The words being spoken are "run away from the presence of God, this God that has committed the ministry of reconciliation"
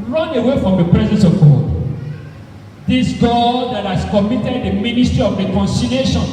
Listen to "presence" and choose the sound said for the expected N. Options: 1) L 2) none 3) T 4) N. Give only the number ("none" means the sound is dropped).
4